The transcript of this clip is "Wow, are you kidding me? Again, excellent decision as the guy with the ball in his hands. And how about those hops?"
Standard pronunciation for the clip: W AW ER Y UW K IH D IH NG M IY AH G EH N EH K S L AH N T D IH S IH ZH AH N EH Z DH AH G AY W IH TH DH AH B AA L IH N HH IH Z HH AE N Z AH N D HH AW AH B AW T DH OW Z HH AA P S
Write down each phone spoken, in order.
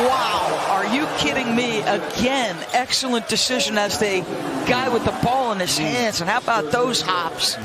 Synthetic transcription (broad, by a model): W AW ER Y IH K IH D IH NG M IY AH G EH N EH K S L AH N D IH S IH ZH AH N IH Z DH AH G AY W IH DH AH B AA L IH N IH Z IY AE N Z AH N HH AW AH B AW T DH OW Z HH AA P S